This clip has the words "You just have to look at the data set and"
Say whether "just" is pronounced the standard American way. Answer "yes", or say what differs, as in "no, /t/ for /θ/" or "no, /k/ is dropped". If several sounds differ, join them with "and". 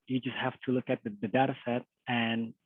yes